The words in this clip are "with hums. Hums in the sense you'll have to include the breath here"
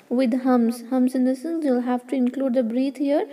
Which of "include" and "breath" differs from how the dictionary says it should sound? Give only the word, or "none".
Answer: breath